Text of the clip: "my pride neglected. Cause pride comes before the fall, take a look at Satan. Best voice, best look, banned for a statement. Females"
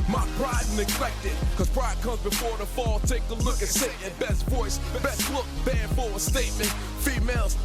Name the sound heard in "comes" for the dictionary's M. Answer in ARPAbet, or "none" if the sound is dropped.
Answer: M